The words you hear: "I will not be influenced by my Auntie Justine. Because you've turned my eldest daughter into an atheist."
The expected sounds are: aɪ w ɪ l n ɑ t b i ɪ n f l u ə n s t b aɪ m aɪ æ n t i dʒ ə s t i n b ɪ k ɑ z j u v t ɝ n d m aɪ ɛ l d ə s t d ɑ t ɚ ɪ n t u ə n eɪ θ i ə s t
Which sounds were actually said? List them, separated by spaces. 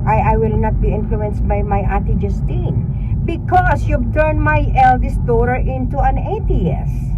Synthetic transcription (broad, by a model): aɪ w ɪ l n ɑ t b i ɪ n f l u ə n s t b aɪ m aɪ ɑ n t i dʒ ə s t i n b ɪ k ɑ s j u b t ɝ n m aɪ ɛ l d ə s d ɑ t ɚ ɪ n t u ə n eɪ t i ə s